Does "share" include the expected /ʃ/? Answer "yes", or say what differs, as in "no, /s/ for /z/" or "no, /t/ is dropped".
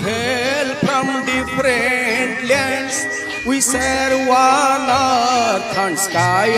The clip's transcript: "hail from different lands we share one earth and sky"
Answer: no, /s/ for /ʃ/